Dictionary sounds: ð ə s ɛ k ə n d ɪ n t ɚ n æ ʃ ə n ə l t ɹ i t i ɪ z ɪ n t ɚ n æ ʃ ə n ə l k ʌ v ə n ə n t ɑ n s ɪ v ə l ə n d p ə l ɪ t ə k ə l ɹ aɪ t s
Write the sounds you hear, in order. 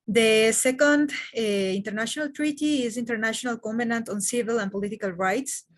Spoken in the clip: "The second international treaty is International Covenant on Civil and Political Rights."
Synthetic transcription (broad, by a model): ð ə s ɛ k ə n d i n t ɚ n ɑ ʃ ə n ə l t ɹ i t i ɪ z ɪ n t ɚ n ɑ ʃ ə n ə l k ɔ b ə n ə n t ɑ n s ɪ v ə l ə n p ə l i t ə k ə l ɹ aɪ t s